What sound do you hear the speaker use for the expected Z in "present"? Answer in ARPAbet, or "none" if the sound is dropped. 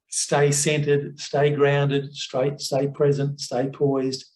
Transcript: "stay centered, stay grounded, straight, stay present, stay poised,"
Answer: Z